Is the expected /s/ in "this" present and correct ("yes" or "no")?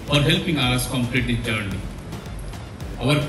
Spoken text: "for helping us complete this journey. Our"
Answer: no